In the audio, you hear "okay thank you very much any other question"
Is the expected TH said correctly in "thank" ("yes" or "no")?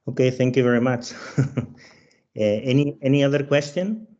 yes